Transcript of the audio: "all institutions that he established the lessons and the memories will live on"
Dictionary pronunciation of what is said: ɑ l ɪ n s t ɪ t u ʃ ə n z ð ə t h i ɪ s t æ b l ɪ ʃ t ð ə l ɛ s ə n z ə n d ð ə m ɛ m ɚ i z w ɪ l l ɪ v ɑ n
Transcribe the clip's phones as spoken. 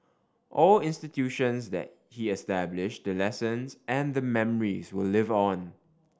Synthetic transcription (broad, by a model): ɑ l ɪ n s t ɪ t u ʃ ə n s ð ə t h i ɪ s t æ b l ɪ ʃ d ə l ɛ s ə n s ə n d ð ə m ɛ m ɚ i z w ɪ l l ɪ v ɑ n